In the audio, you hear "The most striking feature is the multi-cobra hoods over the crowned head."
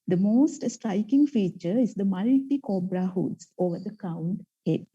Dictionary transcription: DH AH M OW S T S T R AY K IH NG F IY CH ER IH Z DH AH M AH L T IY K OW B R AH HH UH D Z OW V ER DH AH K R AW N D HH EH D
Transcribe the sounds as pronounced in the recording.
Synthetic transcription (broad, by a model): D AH M OW S T S T R AY K IH NG F IY CH ER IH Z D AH M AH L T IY K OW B R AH HH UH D S OW V ER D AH K AW N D HH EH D